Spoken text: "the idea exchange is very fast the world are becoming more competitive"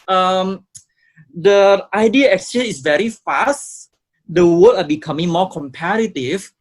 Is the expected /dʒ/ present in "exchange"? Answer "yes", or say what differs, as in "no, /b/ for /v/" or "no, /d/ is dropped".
no, /dʒ/ is dropped